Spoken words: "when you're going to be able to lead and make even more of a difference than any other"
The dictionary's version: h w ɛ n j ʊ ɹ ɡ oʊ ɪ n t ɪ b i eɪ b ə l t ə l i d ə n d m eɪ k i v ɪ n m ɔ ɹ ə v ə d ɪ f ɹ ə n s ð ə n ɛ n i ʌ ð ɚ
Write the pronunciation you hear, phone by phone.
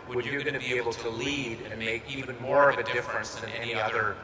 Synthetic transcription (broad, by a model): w w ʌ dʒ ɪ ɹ ɡ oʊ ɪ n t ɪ b i eɪ b l t ə l i d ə n m eɪ k i v ɪ n m ɔ ɹ ə v ə d ɪ f ɹ ə n s ð ə n ɛ n i ʌ ð ɚ